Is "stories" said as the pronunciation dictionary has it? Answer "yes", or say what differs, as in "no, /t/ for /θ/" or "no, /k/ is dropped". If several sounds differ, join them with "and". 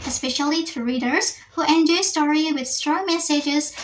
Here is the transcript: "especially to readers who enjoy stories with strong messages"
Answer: no, /z/ is dropped